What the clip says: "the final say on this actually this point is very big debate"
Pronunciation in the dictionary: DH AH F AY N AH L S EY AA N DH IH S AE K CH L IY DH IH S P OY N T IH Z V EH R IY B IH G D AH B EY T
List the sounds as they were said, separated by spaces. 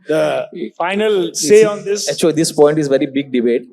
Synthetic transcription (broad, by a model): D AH F AY N AH L S EY AA N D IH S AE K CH IY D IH S P OY N T IH Z V EH R IY B IH G D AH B EY T